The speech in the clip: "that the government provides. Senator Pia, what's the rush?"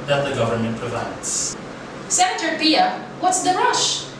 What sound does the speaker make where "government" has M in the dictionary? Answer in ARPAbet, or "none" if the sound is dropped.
M